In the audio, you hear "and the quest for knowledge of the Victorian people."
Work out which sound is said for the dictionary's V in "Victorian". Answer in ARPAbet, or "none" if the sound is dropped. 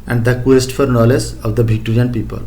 B